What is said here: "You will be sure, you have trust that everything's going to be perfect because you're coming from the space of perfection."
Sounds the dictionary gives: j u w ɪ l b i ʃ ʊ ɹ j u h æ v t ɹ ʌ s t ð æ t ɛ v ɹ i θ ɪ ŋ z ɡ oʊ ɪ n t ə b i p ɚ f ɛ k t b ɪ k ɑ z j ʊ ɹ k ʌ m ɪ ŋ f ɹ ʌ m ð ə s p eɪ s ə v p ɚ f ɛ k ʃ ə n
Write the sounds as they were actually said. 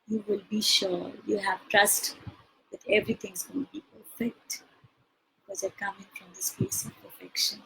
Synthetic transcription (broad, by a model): j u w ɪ l b i ʃ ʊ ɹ j u h æ v t ɹ ʌ s t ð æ t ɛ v ɹ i t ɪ ŋ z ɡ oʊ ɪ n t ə b i p ɚ f ɛ k t b ɪ k ɑ z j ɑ k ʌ m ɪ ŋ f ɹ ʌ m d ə s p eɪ s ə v p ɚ f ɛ k ʃ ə n